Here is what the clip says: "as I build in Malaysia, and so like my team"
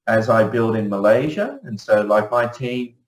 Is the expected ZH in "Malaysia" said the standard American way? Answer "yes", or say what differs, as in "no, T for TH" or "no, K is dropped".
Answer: yes